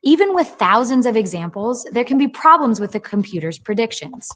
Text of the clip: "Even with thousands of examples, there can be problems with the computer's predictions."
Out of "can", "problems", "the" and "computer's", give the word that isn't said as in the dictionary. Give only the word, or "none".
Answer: none